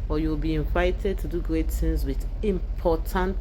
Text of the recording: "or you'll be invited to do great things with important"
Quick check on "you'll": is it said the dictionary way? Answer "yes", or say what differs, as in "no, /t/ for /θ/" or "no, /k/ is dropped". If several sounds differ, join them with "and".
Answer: no, /w/ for /l/